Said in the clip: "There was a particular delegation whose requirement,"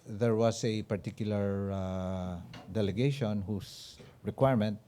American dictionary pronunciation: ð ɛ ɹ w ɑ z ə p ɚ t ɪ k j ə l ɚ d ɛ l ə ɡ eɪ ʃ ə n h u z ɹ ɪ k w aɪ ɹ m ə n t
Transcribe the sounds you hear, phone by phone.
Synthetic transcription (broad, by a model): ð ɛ ɹ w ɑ s ə p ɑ t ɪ k j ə l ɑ d ɛ l ə ɡ eɪ ʃ ə n h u s ɹ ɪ k w aɪ ɹ m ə n t